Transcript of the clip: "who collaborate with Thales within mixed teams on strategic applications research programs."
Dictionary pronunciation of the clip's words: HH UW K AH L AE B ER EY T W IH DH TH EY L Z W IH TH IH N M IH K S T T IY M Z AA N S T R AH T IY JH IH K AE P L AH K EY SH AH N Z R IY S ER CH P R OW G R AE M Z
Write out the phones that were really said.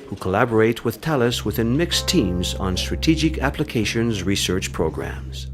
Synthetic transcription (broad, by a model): HH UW K AH L AE B ER EY T W IH DH T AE L S W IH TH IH N M IH K S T T IY M Z N S T R AH T IY JH IH K AE P L AH K EY SH AH N Z R IY S ER CH P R OW G R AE M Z